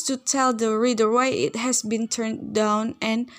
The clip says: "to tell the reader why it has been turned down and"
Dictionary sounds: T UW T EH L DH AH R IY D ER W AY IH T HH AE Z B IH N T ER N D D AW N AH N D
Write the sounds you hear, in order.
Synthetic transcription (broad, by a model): T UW T EH L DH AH R IY D ER W AY IH T HH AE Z B IH N T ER N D D AW N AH N